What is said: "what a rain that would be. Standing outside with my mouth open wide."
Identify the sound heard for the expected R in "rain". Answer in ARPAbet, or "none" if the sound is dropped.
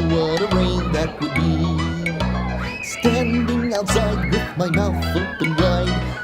W